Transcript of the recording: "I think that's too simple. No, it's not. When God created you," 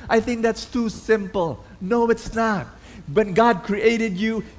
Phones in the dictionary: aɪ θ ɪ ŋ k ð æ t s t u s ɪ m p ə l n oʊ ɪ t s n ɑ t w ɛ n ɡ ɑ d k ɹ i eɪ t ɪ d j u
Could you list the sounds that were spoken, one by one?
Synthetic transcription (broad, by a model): aɪ θ ɪ ŋ k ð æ t s t u s ɪ m p ə l n oʊ ɪ t s n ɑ t w ɛ n ɡ ɑ d k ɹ i eɪ t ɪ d j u